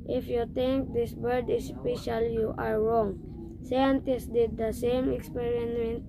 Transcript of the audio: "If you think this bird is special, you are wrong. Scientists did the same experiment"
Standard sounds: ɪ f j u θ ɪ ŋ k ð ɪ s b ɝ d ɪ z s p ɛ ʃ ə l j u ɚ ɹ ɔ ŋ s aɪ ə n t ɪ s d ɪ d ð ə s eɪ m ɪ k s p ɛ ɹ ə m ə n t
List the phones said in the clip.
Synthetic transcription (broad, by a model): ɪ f j u t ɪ ŋ k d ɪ s b ɝ d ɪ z s p ɛ ʃ ə l j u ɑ ɹ ɔ ŋ s aɪ ə n t ɪ s d ɪ d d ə s eɪ m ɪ k s p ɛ ɹ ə m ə n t